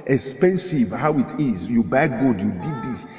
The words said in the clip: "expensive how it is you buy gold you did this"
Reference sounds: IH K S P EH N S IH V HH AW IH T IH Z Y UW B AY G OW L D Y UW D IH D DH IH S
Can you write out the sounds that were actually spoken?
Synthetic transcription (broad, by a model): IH K S P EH N S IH V HH AW IH T IH Z Y UW B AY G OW D Y UW D IH D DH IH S